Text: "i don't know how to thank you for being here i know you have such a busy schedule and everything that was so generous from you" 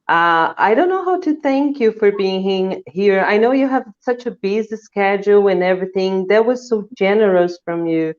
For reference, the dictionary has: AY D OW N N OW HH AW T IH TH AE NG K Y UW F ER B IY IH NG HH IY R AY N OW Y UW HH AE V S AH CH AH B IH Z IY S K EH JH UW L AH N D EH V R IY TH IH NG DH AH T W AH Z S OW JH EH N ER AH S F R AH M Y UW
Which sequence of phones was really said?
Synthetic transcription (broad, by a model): AY D OW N N OW HH AW T IH TH AE NG K Y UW F ER B IY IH NG HH IY R AY N OW Y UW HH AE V S AH CH AH B IH Z IY S K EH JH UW L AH N EH V R IY TH IH NG DH AH T W AH Z S OW JH EH N ER AH S F R AH M Y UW